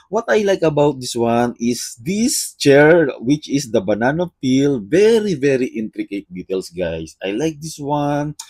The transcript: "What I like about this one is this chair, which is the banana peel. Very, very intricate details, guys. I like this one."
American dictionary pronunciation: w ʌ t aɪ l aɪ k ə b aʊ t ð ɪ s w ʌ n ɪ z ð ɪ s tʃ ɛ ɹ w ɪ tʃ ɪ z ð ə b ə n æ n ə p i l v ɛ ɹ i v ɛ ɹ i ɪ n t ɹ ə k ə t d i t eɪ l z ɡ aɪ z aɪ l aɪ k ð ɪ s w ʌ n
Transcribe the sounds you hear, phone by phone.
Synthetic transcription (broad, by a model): w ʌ t aɪ l aɪ k ə b aʊ t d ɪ s w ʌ n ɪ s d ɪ s tʃ ɛ ɹ w ɪ tʃ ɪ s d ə b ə n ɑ n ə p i l v ɛ ɹ i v ɛ ɹ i ɪ n t ɹ ə k ə t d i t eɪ l s ɡ aɪ s aɪ l aɪ k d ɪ s w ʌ n